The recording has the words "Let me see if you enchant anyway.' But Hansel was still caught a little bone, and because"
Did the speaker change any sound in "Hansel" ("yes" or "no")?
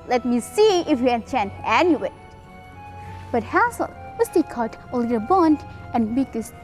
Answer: yes